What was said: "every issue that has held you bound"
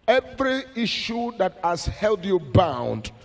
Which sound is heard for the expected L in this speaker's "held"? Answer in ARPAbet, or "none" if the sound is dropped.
L